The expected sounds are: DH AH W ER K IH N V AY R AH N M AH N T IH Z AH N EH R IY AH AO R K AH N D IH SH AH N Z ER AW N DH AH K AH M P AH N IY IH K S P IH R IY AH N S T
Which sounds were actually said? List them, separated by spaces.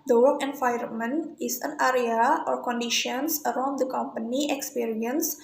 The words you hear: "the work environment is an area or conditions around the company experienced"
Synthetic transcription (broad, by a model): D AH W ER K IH N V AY AH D M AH N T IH S AH N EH R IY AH AO R K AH N D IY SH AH N S ER AW N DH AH K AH M P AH N IY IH K S P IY R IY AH N S